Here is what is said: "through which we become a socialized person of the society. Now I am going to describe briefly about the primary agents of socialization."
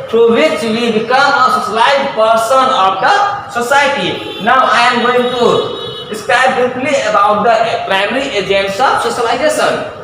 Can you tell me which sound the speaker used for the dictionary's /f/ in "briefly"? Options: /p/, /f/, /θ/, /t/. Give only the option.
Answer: /p/